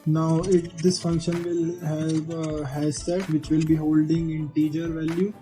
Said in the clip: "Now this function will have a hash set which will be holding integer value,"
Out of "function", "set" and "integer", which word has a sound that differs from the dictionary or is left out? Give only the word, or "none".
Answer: none